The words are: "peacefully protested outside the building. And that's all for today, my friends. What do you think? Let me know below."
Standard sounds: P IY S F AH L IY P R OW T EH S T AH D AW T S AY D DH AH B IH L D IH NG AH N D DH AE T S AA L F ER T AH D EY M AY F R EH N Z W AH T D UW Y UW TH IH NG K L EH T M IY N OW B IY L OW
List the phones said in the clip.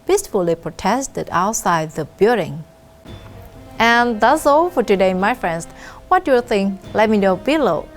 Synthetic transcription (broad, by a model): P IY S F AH L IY P R OW T EH S T AH D AW T S AY D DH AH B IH D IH NG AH N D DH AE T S AA L F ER T AH D EY M AY F R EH N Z W AH T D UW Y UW TH IH NG K L EH T M IY N OW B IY L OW